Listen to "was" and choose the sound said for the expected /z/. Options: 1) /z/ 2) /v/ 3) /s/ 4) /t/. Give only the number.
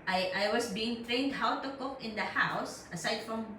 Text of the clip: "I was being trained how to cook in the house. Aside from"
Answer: 3